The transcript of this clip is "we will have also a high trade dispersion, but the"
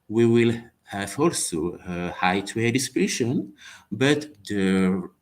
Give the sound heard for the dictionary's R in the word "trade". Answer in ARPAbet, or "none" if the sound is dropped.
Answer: W